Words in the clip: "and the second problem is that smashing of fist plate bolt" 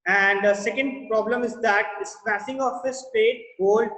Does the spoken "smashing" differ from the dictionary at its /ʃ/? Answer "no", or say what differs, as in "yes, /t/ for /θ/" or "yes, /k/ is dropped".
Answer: yes, /s/ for /ʃ/